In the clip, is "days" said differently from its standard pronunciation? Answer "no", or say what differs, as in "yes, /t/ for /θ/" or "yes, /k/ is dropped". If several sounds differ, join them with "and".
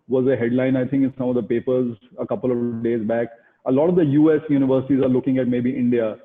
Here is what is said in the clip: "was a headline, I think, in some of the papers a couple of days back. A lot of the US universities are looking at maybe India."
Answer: no